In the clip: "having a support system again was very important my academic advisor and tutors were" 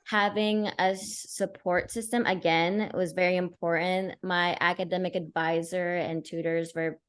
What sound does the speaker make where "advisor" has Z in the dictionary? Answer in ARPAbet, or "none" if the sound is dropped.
Z